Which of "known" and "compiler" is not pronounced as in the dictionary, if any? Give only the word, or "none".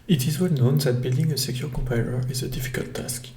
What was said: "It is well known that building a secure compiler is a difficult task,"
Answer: compiler